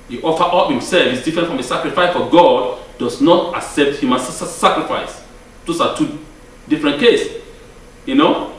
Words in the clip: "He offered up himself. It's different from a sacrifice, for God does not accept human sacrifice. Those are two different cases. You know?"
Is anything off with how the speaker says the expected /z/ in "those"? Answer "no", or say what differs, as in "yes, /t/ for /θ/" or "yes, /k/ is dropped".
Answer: yes, /s/ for /z/